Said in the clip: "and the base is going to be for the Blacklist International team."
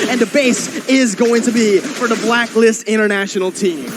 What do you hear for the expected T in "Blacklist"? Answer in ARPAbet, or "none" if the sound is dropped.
T